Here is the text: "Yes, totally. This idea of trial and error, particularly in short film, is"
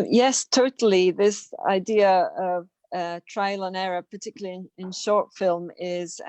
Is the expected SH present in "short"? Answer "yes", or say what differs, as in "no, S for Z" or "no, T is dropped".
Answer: yes